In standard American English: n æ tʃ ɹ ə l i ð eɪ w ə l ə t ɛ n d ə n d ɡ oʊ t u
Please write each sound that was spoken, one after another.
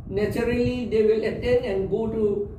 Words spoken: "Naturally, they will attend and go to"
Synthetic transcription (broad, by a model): n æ tʃ ɹ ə l i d eɪ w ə l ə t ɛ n ə n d ɡ oʊ t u